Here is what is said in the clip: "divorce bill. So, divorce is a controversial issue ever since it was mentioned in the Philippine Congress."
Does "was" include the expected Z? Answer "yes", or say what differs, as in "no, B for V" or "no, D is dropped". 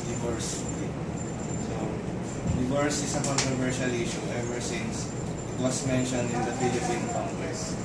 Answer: no, S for Z